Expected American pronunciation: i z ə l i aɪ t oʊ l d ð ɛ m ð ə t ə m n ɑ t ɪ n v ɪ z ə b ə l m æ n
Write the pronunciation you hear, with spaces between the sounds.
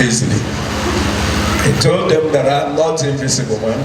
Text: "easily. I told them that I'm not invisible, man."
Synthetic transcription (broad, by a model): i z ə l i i t oʊ l d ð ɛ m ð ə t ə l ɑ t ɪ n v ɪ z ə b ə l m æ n